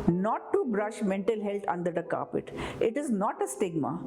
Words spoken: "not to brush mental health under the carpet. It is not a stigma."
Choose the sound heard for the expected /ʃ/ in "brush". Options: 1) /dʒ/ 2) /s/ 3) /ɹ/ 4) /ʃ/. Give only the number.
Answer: 4